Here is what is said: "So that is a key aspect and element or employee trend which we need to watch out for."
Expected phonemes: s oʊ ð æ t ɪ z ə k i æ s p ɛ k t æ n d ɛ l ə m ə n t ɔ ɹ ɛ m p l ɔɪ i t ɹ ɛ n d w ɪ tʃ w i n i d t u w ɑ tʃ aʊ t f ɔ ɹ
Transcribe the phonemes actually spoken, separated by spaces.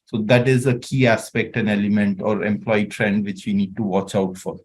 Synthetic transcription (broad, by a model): s oʊ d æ t ɪ z ə k i æ s p ɛ k t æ n ɛ l ə m ə n t ɔ ɹ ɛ m p l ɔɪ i t ɹ ɛ n d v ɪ tʃ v i n i d t u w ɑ tʃ aʊ t f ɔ ɹ